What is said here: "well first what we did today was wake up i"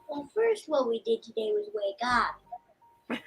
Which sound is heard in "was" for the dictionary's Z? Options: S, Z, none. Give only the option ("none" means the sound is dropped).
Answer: Z